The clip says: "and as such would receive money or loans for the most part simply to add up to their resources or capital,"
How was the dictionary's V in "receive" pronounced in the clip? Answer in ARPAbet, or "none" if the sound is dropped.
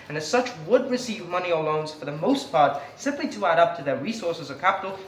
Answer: V